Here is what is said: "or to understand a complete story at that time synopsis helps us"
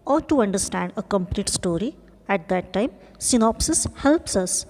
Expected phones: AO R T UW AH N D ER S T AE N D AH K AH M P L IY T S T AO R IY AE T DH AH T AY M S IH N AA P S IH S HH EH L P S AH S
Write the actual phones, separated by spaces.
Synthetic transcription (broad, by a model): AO R T UW AH N D ER S T AE N D AH K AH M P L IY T S T AO R IY AE T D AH T AY M S IH N AA P S IH S HH EH L P S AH S